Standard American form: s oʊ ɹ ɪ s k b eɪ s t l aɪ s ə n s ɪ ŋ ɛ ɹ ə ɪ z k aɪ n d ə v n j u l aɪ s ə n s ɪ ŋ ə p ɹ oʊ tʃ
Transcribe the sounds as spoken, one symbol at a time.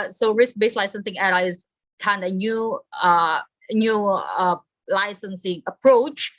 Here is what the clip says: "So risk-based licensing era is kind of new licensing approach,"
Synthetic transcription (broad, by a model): s oʊ ɹ ɪ s k b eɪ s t l aɪ s ə n s ɪ ŋ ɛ l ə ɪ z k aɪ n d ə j n j u l aɪ s ə n s ɪ ŋ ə p ɹ oʊ tʃ